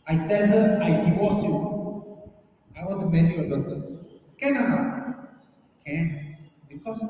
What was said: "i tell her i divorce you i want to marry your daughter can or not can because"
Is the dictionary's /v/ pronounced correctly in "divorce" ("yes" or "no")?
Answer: no